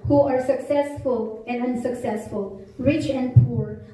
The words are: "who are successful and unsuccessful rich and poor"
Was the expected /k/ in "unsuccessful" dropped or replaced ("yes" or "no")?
no